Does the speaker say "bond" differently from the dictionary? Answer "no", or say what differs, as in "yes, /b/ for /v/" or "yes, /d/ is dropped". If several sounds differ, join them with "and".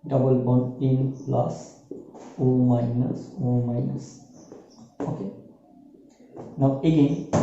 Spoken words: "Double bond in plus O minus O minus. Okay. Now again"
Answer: yes, /d/ is dropped